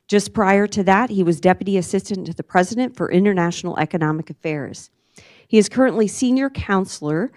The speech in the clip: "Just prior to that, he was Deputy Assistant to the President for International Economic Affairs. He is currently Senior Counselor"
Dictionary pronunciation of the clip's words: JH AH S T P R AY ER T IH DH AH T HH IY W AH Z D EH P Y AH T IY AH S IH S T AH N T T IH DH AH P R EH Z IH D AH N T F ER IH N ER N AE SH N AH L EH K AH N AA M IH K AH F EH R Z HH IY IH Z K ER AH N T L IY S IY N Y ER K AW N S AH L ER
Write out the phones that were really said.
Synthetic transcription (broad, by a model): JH AH S P R AY ER T IH DH AH T HH IY W AH Z D EH P Y AH T IY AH S IH S T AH N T T IH DH AH P R EH Z IH D AH N T F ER IH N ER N AE SH N L EH K AH N AA M IH K AH F EH R Z HH IY IH Z K ER AH N T L IY S IY N Y ER K AW N S L ER